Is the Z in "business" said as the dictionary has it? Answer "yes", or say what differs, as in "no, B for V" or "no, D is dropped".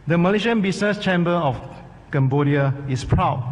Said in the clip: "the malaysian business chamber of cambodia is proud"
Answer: no, S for Z